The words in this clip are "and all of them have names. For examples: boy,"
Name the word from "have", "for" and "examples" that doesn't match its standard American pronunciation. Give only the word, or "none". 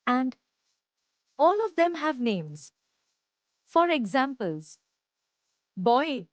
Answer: none